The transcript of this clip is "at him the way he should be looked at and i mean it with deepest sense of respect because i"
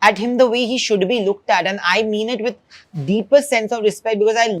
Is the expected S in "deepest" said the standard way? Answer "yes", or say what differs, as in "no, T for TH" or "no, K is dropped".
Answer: no, S is dropped